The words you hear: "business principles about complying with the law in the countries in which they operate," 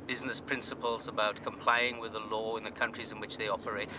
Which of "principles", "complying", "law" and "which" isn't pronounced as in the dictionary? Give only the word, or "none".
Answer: none